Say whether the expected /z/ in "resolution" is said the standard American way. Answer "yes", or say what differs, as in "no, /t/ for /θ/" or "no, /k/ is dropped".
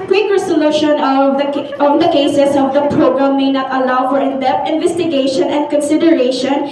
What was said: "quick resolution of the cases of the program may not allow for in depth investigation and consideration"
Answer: no, /s/ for /z/